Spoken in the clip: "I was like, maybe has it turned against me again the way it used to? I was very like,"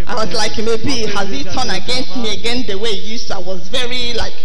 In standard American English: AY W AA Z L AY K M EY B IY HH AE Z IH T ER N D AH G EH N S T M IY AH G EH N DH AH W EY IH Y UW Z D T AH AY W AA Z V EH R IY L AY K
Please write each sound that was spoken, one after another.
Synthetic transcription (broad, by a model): AY W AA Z L AY K M EY B IY HH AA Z IH T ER N AH G EH N S T M IY AH G EH N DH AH W EY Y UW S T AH AY W AA Z V EH R IY L AY K